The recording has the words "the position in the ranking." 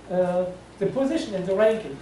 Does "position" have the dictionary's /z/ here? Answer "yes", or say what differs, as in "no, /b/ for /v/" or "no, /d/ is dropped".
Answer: yes